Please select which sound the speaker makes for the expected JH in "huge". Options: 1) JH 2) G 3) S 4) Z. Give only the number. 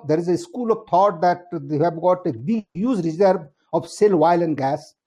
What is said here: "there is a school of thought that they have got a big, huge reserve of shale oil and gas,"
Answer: 4